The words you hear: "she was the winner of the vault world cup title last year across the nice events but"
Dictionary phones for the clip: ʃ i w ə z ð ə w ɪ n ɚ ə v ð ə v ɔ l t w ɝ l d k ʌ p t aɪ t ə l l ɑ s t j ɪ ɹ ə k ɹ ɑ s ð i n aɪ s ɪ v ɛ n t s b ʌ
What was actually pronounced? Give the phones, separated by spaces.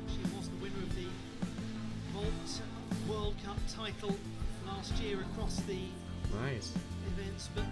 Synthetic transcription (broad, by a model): ʃ i w ə z ð ə w ɪ n ɚ ə v ð ə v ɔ l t w ɝ l d k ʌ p t aɪ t l l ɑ s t j ɪ ɹ ə k ɹ ɑ s ð i n aɪ s ɪ v ɛ n t s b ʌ